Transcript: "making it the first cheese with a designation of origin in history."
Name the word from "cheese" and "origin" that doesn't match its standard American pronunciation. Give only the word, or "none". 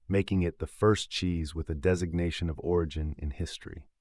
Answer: none